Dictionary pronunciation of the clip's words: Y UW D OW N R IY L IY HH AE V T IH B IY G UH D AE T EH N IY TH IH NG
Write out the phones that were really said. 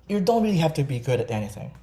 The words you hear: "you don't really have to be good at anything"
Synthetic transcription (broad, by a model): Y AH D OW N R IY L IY HH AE F T IH B IY G UH D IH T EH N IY TH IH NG